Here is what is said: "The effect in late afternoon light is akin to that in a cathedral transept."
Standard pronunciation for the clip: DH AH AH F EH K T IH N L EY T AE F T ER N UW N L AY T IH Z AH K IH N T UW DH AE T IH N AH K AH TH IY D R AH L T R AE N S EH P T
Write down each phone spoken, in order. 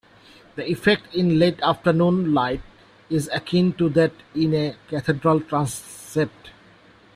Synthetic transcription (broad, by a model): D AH AH F EH K T IH N L EY T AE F T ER N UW N L AY T IH Z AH K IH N T UW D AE T IH N AH K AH T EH D R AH L T R AE N S EH P T